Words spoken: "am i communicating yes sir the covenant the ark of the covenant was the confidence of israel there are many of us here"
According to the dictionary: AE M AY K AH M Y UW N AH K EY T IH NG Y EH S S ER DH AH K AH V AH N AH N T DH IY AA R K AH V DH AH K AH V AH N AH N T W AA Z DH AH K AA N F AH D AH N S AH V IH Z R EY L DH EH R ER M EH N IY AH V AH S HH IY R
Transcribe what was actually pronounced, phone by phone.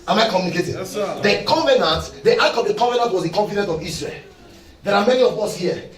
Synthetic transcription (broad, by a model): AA M AY K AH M Y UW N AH K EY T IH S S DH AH K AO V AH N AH N T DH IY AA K AH V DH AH K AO V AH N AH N T W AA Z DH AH K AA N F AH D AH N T AH V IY S R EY L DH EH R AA M EH N IY AH V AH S HH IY